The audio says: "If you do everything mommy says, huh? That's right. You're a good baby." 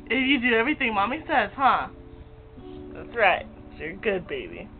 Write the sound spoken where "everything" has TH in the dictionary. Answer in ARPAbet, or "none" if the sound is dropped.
TH